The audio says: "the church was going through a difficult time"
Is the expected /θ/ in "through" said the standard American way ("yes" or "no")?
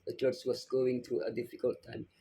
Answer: no